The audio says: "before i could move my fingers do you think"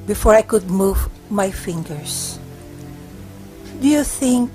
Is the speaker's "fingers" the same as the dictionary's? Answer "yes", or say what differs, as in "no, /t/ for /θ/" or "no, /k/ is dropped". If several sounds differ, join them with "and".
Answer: no, /s/ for /z/